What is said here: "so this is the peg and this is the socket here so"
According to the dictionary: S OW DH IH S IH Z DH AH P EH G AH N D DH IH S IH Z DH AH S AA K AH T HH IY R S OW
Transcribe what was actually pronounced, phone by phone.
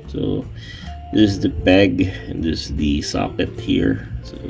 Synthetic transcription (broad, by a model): S OW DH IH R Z DH AH B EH G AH N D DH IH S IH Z DH AH S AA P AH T HH IY R S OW